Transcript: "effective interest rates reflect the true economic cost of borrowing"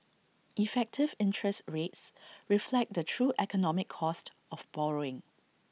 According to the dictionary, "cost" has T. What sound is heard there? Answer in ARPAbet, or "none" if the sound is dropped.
T